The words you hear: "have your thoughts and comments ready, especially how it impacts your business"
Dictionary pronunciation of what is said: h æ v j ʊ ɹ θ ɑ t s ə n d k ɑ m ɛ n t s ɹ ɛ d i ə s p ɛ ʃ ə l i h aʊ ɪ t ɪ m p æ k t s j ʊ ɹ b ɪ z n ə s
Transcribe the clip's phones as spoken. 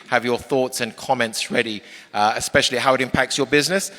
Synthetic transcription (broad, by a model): h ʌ v j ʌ θ ɑ t s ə n k ɑ m ɛ n t s ɹ ɛ d i ə s p ɛ ʃ ə l i h aʊ ɪ t ɪ m p æ k t s j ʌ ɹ b ɪ z n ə s